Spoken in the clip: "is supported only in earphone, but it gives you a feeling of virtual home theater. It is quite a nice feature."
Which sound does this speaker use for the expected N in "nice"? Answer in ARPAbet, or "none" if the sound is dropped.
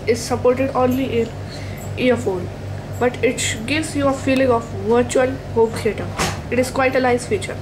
L